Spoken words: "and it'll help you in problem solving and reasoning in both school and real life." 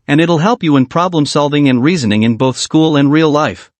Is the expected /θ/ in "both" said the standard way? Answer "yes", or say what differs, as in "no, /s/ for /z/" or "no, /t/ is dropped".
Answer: yes